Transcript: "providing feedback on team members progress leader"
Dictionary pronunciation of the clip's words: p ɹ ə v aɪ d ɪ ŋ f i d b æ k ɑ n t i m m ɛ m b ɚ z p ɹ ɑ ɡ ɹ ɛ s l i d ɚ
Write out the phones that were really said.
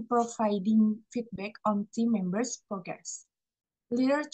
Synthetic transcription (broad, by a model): p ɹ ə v aɪ d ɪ ŋ f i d b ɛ k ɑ n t i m m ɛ m b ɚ s p ɹ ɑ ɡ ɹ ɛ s l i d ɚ